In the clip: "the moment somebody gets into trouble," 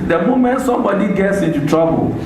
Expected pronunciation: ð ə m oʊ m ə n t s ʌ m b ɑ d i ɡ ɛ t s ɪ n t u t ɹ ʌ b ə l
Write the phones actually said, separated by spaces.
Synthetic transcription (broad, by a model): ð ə m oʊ m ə n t s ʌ m b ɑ d i ɡ ɛ t s ɪ n t u t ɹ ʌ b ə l